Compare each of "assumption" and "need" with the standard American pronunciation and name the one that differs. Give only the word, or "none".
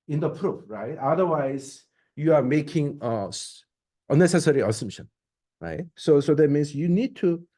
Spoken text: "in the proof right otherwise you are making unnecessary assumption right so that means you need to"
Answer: none